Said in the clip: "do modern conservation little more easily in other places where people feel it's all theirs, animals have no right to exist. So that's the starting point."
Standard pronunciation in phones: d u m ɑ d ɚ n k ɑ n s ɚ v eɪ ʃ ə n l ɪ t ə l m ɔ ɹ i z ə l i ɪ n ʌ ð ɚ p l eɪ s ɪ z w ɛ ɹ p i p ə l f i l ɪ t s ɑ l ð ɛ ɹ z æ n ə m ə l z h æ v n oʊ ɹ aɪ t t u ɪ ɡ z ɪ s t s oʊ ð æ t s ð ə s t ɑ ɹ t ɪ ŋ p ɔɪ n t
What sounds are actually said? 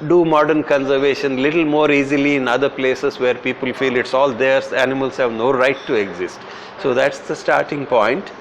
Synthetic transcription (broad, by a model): d u m ɑ d ɚ n k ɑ n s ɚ v eɪ ʃ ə n l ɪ t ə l m ɔ ɹ i z ə l i ɪ n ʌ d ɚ p l eɪ s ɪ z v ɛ ɹ p i p ə l f i l ɪ t s ɑ l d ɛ ɹ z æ n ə m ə l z h æ v n oʊ ɹ aɪ t t u ɪ ɡ z ɪ s t s oʊ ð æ t s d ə s t ɑ ɹ t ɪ ŋ p ɔɪ n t